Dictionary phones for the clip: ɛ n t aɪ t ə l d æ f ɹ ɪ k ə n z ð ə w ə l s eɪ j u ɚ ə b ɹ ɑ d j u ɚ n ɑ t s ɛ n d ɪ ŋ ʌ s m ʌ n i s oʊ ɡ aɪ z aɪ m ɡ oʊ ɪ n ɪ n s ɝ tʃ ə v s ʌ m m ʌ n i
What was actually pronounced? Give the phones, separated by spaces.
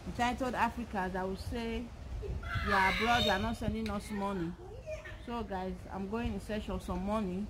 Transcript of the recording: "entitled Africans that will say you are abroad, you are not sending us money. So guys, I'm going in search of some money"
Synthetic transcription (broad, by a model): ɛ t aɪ t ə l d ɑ f ɹ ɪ k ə z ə w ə s eɪ j u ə b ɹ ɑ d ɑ n ɑ t s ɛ n d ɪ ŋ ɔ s m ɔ n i s oʊ ɡ aɪ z aɪ m ɡ oʊ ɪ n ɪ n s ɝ ʃ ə s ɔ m m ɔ n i